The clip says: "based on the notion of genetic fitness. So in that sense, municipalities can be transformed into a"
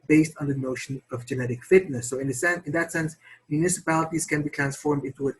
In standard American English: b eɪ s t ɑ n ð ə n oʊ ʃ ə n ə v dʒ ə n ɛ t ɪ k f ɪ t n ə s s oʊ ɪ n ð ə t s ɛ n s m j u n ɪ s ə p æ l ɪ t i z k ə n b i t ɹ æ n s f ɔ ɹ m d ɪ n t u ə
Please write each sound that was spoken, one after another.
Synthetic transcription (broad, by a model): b eɪ s t n ð ə n oʊ ʃ ə n ə v dʒ ə n ɛ t ɪ k f ɪ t n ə s s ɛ ɪ n ð ə t s ɛ n s m j u n ɪ s ə p æ l ɪ t i z k ə n b i t ɹ æ n s f ɔ ɹ m d ɪ n t u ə